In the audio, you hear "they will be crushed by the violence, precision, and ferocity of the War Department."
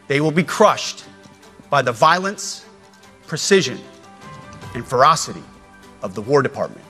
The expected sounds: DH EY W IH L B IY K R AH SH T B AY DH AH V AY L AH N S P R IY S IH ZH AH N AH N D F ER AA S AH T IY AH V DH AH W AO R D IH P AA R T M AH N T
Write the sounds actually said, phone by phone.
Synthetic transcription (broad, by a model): DH EY W IH L B IY K R AH SH T B AY DH AH V AY L AH N S P R IY S IH ZH AH N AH N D F ER AA S AH T IY AH V DH AH W AO R D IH P AA R T M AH N T